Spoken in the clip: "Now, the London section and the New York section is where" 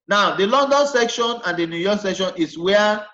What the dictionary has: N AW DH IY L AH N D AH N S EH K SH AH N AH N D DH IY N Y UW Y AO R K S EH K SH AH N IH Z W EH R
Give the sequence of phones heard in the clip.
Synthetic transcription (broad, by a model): N AW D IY L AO N D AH N S EH K SH AH N AH N D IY N Y UW Y AO K S EH K SH AH N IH S W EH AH